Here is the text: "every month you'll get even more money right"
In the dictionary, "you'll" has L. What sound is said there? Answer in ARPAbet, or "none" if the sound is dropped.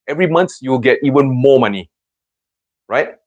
W